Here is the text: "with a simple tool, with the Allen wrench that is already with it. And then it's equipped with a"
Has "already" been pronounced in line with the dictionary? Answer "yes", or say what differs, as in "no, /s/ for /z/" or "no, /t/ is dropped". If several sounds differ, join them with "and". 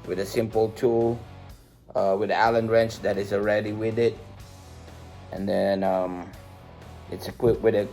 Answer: yes